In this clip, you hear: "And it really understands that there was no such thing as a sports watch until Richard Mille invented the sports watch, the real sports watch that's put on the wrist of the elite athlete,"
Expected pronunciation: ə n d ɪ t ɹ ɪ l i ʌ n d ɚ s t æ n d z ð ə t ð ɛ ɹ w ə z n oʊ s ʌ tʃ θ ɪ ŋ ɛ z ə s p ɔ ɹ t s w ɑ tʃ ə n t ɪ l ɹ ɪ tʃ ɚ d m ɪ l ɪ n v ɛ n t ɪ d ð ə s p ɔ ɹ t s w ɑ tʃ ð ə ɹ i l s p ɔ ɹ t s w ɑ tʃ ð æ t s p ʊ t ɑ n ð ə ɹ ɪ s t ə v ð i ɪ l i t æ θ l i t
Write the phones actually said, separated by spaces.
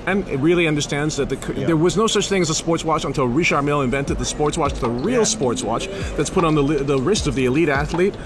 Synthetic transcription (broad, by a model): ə n ɪ t ɹ ɪ l i ʌ n d ɚ s t æ n d z ð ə t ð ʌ ɹ w ə z n oʊ s ʌ tʃ θ ɪ ŋ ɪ z ə s p ɔ ɹ t s w ɑ tʃ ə n t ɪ l ɹ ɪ ʃ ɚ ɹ m ɪ l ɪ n v ɛ n t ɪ d ð ə s p ɔ ɹ t s w ɑ tʃ ð ə ɹ i l s p ɔ ɹ t s w ɑ tʃ ð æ t s p ʊ t n ð ə ɹ ɪ s t ə v ð i ɪ l i t æ θ l i t